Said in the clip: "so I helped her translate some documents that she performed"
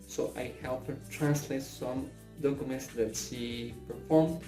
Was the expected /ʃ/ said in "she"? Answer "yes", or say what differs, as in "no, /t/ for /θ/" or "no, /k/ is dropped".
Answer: no, /s/ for /ʃ/